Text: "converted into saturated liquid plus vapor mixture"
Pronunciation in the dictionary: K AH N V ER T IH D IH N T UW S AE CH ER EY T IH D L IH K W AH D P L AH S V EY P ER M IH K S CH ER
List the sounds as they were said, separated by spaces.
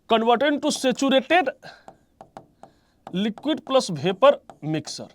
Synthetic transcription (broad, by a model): K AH N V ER T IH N T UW S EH CH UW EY T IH D L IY K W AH D P L AH S B EY P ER M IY K S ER